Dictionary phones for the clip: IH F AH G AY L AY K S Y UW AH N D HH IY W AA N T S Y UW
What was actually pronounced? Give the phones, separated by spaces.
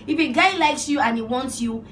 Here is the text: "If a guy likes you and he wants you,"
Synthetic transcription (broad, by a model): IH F AH G AY L AY K S Y UW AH N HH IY W AA N T S Y UW